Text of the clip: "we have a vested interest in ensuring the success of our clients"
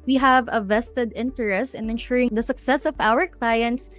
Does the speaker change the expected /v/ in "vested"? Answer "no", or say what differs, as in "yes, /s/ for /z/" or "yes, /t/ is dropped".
no